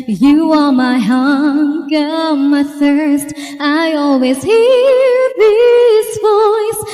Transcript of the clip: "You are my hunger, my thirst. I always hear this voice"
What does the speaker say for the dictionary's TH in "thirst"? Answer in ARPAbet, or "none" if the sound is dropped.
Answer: TH